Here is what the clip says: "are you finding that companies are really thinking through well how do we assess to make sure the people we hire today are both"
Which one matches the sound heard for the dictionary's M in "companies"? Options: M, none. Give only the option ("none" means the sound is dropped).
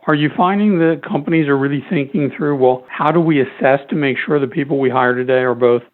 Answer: M